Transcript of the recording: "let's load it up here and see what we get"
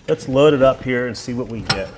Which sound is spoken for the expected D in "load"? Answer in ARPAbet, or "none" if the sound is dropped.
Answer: D